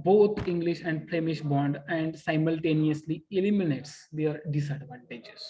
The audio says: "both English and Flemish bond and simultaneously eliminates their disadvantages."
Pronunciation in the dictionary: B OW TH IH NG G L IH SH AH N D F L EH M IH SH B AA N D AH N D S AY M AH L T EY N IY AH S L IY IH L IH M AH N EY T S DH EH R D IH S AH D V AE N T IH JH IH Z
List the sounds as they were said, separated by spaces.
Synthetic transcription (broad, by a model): B OW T IH NG G L IH SH AH N D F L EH M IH SH B AA N D AH N D S AY M AH L T EY N IY AH S L IY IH L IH M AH N EY T S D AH R D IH S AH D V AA N T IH JH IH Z